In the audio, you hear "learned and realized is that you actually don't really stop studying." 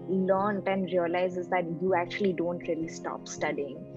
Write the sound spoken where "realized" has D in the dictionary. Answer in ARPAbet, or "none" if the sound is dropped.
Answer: none